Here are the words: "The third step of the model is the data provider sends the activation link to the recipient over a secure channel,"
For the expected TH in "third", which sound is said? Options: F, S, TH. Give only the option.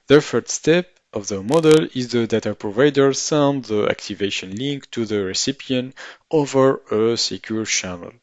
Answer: F